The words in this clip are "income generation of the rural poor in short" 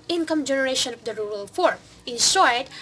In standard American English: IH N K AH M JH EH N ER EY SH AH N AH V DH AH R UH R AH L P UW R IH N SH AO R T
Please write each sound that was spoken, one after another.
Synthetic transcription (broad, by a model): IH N K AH M JH EH N ER EY SH AH N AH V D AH R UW R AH L F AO R IH N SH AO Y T